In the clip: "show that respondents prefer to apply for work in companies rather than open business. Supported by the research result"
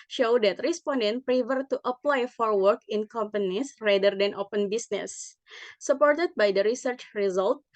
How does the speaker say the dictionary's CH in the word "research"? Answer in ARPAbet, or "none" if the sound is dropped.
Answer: CH